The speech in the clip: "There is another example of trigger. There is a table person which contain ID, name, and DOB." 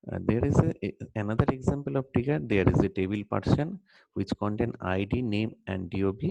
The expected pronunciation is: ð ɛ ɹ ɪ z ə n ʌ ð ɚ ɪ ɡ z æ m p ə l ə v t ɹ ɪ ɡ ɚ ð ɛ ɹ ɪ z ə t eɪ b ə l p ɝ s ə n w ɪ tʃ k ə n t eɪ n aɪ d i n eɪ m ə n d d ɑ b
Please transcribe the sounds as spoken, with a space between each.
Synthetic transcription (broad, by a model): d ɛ ɹ ɪ z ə n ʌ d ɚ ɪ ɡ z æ m p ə l ə v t ɪ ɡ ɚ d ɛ ɹ ɪ z ə t eɪ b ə l p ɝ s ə n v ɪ tʃ k ə n t eɪ n aɪ d i n eɪ m ə n d d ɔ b